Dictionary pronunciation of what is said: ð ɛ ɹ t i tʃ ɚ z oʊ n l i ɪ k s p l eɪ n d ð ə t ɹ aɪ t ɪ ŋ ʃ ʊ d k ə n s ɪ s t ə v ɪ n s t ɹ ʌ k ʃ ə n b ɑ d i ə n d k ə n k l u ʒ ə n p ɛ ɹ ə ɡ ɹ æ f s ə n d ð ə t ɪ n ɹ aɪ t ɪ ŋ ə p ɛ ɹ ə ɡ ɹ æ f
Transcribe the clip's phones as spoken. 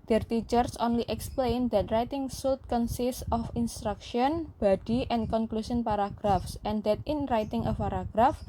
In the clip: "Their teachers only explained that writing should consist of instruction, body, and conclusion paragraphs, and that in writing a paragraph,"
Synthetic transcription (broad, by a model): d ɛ ɹ t i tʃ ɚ s oʊ n l i ɪ k s p l eɪ n d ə t ɹ aɪ t ɪ ŋ s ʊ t k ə n s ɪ s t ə f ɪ n s t ɹ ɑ k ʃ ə n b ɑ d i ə n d k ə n k l u s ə n p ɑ ɹ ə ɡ ɹ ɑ f s ə n d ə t ɪ n ɹ aɪ t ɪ ŋ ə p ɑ ɹ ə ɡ ɹ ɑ f